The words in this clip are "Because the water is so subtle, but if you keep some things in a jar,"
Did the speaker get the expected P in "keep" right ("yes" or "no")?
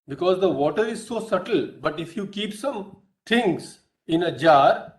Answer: yes